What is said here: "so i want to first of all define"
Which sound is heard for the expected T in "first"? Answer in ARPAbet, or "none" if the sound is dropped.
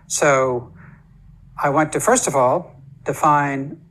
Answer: T